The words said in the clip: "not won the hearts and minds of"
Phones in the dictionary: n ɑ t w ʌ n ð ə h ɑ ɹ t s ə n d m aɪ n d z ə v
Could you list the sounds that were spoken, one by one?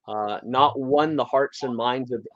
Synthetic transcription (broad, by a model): n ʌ t w ʌ n ð ə h ɑ ɹ t s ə n m aɪ n d z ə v